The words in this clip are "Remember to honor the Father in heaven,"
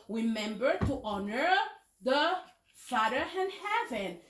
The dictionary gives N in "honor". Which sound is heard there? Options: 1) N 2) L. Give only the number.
1